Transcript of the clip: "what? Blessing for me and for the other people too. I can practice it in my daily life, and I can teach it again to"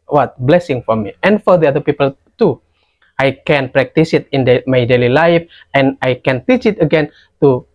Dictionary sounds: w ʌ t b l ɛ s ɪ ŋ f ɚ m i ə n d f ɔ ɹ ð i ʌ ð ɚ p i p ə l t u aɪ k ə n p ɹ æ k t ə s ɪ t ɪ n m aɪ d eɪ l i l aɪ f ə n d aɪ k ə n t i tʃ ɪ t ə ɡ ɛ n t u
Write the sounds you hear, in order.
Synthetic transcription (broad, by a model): w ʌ t b l ɛ s ɪ ŋ f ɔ m i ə n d f ɔ ɹ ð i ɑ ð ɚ p i p ə l t u aɪ k ə n p ɹ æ k t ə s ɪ t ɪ n m aɪ d eɪ l i l aɪ f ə n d aɪ k ə n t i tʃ ɪ t ə ɡ ɛ n t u